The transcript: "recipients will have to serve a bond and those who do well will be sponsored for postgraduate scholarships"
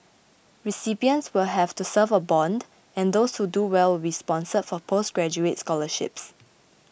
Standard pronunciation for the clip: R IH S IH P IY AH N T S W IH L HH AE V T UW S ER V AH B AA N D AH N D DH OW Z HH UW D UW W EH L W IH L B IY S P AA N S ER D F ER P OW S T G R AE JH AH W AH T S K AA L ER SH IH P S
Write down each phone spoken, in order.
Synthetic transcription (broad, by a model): R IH S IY P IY AH N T S W IH L HH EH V T UW S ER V AH B AA N D AH N D OW S HH UW D UW W EH L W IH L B IY S P AA N S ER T F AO P OW S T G R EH JH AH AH T S K AA L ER SH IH P S